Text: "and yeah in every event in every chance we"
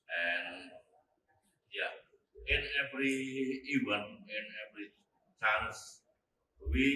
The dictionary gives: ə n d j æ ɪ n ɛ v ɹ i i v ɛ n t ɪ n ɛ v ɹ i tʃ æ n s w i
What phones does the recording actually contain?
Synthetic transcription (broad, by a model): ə n j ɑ ɪ n ɛ v ɹ i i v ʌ n ɪ n ɛ v ɹ i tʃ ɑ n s w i